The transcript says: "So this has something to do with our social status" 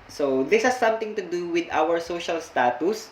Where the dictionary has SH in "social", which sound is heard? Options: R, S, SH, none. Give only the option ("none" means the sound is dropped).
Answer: SH